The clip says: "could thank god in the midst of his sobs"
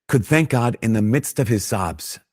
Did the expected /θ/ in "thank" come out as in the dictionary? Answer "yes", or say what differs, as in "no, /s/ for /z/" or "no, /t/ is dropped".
yes